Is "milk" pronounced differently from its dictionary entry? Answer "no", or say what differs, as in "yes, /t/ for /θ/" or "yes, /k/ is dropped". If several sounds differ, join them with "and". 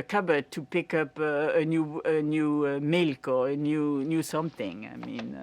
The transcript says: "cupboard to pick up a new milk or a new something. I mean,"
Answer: no